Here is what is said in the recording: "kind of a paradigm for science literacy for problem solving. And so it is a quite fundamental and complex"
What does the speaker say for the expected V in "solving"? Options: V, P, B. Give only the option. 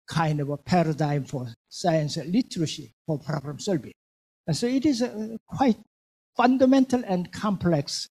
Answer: B